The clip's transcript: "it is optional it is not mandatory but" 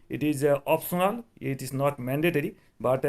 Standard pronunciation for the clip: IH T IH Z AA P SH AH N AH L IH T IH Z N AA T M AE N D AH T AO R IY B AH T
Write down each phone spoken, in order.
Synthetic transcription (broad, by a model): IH T IH Z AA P S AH N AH L IH T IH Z N AA T M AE N D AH T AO R IY B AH T